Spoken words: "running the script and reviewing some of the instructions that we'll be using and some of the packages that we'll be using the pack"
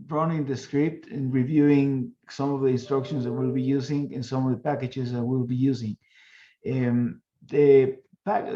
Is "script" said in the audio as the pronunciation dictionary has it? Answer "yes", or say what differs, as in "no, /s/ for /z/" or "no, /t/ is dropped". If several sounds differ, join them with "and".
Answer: yes